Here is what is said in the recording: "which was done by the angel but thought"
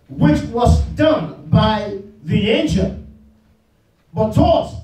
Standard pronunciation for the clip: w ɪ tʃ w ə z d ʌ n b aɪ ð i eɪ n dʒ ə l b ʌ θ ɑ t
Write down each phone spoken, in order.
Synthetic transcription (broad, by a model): w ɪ tʃ w ə z d ʌ n b aɪ ð i eɪ n ʃ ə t b ʌ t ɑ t